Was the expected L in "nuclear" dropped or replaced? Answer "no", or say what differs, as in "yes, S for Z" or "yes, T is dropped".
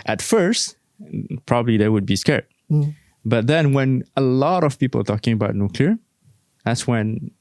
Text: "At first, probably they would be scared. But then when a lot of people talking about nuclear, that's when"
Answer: no